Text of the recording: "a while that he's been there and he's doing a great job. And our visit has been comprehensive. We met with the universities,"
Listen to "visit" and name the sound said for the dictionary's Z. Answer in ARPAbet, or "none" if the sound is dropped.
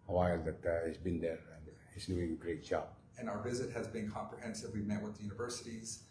Z